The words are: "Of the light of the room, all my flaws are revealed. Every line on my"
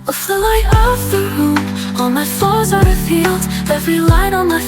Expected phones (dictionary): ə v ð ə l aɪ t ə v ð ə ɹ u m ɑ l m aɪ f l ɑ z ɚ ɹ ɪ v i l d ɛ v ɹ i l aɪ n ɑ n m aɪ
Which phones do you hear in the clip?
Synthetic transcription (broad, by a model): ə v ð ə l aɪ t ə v ð ə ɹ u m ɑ n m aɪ f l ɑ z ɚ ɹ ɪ f i l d ɛ v ɹ i l aɪ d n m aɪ